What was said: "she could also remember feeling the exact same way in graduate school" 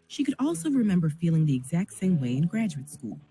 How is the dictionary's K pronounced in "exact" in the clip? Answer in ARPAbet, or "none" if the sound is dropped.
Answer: K